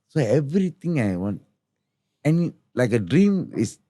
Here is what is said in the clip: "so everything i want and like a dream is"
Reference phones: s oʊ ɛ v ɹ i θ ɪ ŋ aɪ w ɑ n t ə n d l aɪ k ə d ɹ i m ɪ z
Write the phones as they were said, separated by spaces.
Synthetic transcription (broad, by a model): s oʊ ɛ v ɹ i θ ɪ ŋ aɪ w ɑ n t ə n l aɪ k ə d ɹ i m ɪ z